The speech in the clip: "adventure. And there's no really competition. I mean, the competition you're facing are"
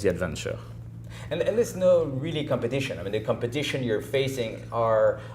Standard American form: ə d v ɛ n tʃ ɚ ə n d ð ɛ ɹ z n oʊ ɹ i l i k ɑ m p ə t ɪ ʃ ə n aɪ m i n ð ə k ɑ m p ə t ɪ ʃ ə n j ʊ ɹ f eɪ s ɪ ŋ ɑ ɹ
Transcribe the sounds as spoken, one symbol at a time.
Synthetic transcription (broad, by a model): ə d v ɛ n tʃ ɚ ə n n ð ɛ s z n oʊ ɹ i l i k ɑ m p ə t ɪ ʃ ə n aɪ m i n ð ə k ɑ m p ə t ɪ ʃ ə n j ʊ ɹ f eɪ s ɪ ŋ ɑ ɹ